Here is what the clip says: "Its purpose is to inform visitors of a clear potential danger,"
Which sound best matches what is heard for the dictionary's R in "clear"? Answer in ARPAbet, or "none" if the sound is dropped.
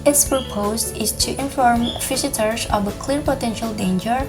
R